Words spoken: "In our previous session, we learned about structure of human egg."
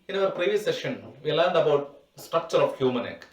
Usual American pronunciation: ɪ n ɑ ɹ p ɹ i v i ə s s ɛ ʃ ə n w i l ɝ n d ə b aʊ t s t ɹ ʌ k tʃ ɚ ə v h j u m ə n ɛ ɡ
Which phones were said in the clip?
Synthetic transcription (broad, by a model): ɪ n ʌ ɹ p ɹ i v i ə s s ɛ ʃ ə n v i l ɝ n d ə b aʊ t s t ɹ ʌ k tʃ ɚ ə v h j u m ə n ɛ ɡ